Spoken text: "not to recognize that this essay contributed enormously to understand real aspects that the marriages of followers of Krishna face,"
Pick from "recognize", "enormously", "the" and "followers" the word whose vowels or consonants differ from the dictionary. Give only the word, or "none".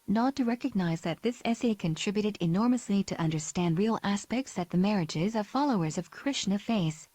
none